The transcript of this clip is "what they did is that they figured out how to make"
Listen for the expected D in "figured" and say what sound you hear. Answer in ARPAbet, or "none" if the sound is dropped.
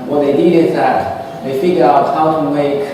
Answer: none